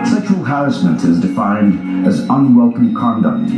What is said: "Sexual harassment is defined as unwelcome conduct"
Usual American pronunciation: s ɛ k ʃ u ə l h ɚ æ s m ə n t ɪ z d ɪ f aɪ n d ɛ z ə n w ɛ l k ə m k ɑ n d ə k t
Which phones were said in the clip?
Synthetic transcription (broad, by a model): s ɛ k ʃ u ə l h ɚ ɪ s m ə n t ɪ z d ɪ f aɪ n d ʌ z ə n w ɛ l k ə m k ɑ n d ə k t